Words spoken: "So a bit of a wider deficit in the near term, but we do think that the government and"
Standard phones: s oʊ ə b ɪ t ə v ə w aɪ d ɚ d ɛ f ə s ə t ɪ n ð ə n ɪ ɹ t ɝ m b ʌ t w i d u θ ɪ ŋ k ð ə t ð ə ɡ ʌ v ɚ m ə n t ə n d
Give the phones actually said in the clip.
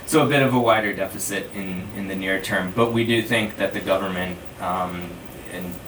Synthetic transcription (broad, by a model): s oʊ ə b ɪ t ə v ə w aɪ d ɚ d ɛ f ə s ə t ɪ n ð ə n ɪ ɹ t ɝ m b ʌ t w i d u θ ɪ ŋ k ð ə t ð ə ɡ ʌ v ɚ m ə n t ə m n